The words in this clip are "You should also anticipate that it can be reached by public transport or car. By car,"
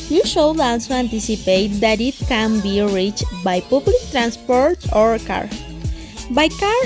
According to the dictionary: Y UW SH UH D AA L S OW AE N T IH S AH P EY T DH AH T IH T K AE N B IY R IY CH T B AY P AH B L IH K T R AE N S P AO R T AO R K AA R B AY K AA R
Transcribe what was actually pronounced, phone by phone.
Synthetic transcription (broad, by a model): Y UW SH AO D AA L S OW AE N T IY S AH P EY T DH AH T IH T K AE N B IY R IY CH T B AY P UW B L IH K T R AE N S P AO R T AO R K AA R B AY K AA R